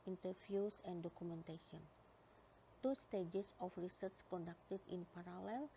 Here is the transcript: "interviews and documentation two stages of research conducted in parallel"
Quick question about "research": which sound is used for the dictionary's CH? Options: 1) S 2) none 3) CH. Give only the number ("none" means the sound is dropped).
1